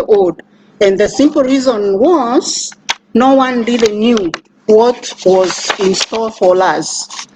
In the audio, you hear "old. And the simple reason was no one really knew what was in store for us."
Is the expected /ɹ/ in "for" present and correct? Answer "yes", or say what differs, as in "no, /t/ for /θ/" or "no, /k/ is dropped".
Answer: no, /l/ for /ɹ/